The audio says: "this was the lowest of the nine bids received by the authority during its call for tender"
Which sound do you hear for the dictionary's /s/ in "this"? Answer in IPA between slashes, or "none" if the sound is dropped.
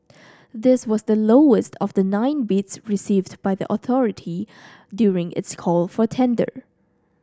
/s/